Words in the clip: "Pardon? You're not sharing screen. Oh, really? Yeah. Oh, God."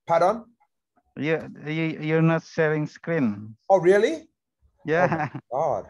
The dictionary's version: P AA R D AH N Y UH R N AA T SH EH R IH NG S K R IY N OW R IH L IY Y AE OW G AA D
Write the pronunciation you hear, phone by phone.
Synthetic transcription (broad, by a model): P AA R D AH N Y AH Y N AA T S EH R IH NG S K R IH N OW R IH L IY Y AE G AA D